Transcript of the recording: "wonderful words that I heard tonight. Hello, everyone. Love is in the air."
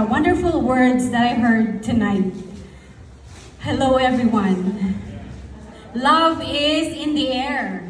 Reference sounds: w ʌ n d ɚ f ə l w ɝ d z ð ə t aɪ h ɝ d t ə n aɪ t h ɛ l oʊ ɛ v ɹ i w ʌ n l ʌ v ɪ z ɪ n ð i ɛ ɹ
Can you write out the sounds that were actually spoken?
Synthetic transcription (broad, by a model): w ʌ n d ɚ f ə l w ɝ d z ð ə t aɪ h ɝ d t ə n aɪ t h ɛ l oʊ ɛ v ɹ i w ʌ n l ʌ v ɪ z ɪ n ð i ɛ ɹ